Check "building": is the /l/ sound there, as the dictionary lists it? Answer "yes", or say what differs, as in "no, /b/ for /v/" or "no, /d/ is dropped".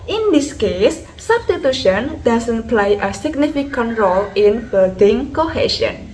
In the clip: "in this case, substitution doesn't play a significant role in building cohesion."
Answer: no, /l/ is dropped